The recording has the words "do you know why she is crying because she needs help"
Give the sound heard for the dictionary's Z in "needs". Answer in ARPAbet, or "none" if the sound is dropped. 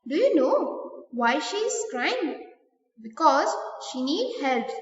none